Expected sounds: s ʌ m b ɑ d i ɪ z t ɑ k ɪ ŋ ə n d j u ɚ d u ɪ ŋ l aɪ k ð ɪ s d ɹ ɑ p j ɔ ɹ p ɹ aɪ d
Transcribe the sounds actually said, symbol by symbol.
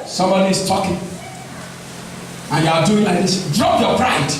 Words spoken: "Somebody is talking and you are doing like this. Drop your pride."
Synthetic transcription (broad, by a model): s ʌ m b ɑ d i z t ɑ k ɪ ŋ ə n j u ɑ d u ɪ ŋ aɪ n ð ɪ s d ɹ ɑ p j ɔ p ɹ aɪ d